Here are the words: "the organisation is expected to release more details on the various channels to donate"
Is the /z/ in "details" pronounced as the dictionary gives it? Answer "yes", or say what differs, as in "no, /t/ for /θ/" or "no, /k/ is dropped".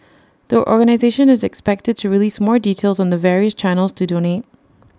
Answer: yes